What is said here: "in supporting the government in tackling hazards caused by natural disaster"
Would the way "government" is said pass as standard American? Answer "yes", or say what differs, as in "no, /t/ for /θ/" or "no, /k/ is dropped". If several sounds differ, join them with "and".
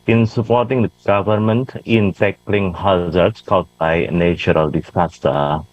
yes